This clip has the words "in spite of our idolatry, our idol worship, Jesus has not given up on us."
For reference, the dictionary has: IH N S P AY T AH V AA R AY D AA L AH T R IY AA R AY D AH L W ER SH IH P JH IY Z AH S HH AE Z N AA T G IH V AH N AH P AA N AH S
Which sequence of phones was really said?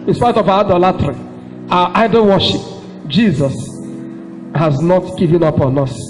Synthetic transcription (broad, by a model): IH N S P AY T AH V AA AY D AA L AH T R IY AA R AY D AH N W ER SH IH P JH IY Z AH S HH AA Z N AA T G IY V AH N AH P AA N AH S